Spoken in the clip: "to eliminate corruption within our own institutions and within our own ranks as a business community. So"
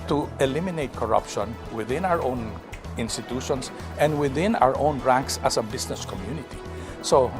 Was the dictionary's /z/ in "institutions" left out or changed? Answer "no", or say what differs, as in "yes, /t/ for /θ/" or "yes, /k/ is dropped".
yes, /s/ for /z/